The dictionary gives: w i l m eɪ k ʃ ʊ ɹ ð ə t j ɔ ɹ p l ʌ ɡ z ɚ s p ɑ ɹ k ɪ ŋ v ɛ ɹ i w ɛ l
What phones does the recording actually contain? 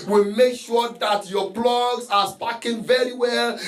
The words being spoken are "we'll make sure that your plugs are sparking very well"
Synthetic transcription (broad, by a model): w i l m eɪ k ʃ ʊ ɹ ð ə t j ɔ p l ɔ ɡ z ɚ s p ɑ k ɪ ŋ v ɛ ɹ i w ɛ l